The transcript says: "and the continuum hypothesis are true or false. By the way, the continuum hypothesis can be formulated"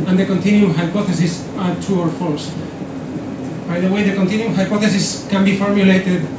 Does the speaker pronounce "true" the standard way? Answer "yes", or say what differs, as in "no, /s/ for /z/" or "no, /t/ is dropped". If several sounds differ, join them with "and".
no, /ɹ/ is dropped